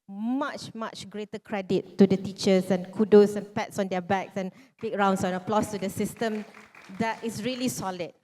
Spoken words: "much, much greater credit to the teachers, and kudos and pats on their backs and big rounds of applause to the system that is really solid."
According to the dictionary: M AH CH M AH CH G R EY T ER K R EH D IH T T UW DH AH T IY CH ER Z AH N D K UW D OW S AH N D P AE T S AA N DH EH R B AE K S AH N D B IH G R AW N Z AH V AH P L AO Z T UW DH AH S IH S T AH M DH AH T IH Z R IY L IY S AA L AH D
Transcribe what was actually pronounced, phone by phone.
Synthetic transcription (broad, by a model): M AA CH M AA CH G R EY T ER K R EH D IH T T UW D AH T IY CH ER S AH N K UW D OW S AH N P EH T S AA N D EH B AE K S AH N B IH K R AW N S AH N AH P L AO S T UW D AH S IH S T AH M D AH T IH S R IY L IY S AA L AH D